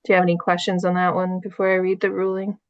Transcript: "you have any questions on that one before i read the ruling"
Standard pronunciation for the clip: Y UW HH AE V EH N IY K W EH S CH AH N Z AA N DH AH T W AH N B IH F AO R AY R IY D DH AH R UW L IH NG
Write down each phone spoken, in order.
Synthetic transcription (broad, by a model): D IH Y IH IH EH N IY K W EH S CH AH N Z N DH AH T W AH N B IH F AO R AY R IY D DH AH R UW L IH NG